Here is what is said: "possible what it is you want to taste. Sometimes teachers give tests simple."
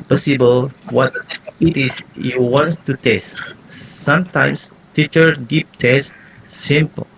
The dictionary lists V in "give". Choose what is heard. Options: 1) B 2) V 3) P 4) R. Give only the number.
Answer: 3